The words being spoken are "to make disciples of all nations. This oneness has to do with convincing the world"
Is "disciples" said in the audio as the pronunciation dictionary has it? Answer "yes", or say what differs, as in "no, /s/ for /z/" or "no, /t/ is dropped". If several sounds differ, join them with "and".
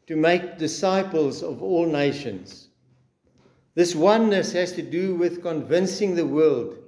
yes